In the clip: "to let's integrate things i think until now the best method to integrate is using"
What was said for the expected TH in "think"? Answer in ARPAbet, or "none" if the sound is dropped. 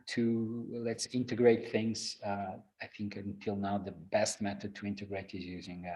TH